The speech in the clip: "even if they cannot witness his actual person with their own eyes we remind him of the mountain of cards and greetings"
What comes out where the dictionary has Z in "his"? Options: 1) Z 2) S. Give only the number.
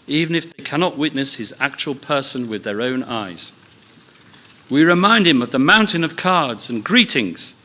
1